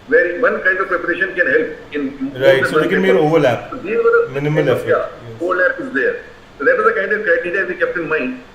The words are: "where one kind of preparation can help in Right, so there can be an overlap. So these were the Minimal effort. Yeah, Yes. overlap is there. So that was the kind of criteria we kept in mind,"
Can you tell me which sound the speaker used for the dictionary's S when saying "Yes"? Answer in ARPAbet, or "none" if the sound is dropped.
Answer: none